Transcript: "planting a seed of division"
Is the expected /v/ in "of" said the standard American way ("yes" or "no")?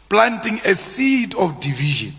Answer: no